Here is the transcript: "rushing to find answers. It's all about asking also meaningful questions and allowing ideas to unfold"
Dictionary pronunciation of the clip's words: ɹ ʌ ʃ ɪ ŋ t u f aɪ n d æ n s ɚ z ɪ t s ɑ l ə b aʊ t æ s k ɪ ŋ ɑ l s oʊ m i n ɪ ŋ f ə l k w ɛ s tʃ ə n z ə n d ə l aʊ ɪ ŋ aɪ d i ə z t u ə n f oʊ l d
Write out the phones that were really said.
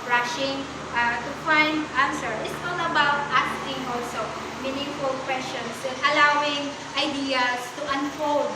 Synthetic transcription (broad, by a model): ɹ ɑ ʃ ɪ ŋ t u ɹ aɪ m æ n s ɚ ɪ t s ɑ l ə b aʊ t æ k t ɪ ŋ ɑ l s oʊ m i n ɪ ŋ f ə l k w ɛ s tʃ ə n s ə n ə l aʊ ɪ ŋ aɪ d i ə s t u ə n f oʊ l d